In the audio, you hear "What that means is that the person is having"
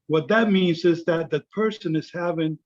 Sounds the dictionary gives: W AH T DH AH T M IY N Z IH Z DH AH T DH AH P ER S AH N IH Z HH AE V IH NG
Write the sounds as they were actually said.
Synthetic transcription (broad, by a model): W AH T DH AH T M IY N Z IH Z DH AH T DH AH P ER S AH N IH Z HH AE V IH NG